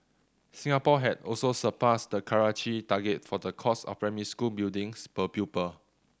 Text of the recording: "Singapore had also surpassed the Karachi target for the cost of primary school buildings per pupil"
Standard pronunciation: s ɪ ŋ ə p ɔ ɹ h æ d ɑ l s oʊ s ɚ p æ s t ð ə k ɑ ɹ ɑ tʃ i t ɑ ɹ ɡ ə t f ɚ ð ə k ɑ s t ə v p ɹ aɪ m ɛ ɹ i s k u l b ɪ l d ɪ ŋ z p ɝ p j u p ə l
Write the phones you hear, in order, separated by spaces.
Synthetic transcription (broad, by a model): s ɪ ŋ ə p ɔ h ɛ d ɑ l s oʊ s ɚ p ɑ s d ə k ɑ ɹ ɑ tʃ i t ɑ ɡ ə t f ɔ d ə k ɑ s ə f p ɹ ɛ m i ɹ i s k u l b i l d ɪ ŋ s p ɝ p j u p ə